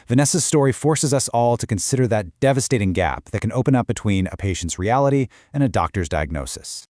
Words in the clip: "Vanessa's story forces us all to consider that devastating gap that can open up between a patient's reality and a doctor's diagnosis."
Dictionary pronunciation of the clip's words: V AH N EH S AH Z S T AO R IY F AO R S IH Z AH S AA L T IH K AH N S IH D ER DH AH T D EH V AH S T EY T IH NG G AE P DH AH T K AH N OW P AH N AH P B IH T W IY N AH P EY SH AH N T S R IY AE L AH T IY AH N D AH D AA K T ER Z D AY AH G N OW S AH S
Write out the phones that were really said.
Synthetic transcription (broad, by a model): V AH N EH S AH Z S T AO R IY F AO R S IH Z AH S AA L T IH K AH N S IH D ER DH AH T D EH V AH S T EY T IH NG G AE P DH AH T K AH N OW P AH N AH P B IH T W IY N AH P EY SH N T S R IY AE L AH T IY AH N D AH D AA K T ER Z D AY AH G N OW S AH S